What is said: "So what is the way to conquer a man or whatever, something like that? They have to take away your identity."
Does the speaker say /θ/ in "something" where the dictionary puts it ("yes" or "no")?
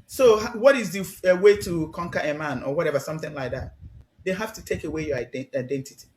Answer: yes